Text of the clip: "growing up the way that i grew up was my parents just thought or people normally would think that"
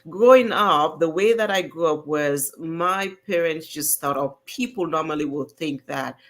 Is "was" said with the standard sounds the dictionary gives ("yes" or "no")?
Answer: yes